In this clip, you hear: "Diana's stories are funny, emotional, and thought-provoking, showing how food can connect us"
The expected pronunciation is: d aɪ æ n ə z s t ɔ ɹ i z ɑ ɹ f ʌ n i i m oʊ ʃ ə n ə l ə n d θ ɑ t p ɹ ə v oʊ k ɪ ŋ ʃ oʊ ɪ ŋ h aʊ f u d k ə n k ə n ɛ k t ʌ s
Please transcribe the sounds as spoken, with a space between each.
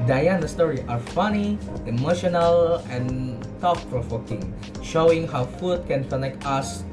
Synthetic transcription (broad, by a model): d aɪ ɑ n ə s t ɔ ɹ i ɑ ɹ f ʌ n i i m oʊ ʃ ə n ə l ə n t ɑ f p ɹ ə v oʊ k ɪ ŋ ʃ oʊ ɪ ŋ h aʊ f u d k ə n k ə n ɛ k t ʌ s